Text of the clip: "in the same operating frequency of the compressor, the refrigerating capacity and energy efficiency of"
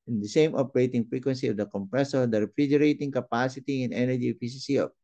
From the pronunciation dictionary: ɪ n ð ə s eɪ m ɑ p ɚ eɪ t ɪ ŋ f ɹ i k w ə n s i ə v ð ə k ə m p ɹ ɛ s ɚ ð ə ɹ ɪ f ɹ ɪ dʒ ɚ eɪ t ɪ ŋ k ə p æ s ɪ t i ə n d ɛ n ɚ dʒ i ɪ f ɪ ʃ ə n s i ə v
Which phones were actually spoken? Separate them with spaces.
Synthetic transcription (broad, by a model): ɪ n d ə s eɪ m ɑ p ɚ eɪ t ɪ ŋ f ɹ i k w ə n s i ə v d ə k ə m p ɹ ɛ s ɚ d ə ɹ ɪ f ɹ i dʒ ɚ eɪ t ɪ ŋ k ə p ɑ s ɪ t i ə n ɛ n ɚ dʒ i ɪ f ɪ s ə s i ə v